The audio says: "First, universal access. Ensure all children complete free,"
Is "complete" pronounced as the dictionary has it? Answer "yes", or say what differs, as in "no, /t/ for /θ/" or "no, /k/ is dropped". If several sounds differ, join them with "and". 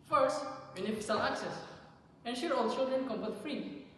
no, /l/ is dropped